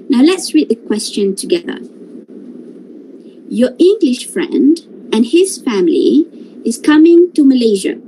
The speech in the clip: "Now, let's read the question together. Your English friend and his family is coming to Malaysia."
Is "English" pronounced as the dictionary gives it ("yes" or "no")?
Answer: yes